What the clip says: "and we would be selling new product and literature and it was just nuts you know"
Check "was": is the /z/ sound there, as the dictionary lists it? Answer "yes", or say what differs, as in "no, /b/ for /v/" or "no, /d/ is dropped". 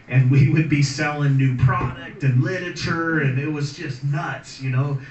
yes